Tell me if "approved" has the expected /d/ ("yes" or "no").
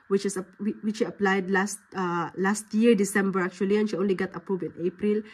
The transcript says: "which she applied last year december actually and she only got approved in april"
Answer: no